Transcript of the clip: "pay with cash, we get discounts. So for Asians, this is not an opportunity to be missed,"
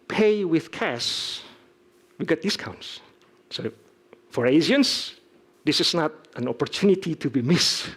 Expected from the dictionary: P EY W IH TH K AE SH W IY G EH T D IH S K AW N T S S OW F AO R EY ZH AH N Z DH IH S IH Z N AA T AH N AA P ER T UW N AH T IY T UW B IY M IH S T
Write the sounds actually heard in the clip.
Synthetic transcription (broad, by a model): P EY W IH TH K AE S W IY G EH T D IH S K AW N T S S OW F AO R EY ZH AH N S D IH S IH S N AA T AH N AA P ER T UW N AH T IY T UW B IY M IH S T